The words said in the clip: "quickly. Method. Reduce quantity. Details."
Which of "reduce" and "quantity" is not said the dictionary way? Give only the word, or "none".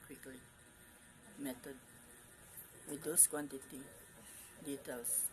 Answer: reduce